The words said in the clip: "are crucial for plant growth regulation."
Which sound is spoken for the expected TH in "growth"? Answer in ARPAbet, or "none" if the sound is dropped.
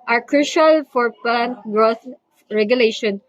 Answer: S